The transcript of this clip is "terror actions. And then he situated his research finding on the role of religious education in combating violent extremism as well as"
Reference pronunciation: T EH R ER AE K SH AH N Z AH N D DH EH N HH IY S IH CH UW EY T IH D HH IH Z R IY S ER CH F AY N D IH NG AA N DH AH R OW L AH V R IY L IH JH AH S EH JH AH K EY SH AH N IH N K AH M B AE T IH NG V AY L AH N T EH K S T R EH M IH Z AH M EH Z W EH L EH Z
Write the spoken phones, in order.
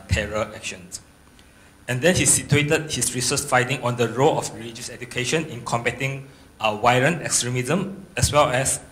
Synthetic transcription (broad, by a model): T EH R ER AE K SH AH N S AH N D EH N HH IY S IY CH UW EY T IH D HH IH S R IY S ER S F AY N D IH NG AA N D AH R OW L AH F R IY L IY JH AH S EH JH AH K EY SH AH N IH N K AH M B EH T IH NG W AY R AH N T EH K S T R EH M IH Z AH M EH S W EH L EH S